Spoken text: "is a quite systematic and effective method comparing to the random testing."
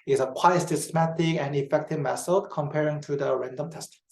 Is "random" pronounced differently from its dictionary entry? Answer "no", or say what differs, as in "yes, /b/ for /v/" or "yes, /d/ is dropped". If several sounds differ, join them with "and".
no